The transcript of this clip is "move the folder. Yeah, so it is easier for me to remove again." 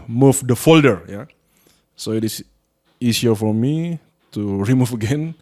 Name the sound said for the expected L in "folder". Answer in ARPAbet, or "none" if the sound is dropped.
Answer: L